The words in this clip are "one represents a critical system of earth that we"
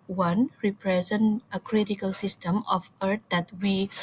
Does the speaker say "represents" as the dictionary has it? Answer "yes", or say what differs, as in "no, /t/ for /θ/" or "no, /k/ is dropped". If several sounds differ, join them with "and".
no, /s/ is dropped